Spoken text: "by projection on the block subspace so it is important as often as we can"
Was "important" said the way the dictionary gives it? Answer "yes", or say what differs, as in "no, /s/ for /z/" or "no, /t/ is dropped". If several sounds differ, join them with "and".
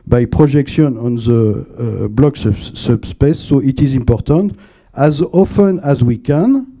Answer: yes